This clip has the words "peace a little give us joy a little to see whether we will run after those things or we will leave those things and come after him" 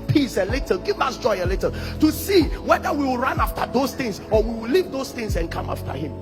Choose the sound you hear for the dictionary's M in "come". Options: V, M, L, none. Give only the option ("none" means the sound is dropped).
M